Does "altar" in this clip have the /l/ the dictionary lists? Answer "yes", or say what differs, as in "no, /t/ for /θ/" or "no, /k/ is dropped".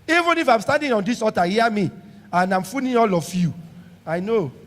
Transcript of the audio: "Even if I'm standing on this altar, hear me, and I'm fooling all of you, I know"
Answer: no, /l/ is dropped